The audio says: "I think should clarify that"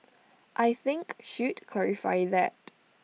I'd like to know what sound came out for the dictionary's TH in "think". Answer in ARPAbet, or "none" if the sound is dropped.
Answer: TH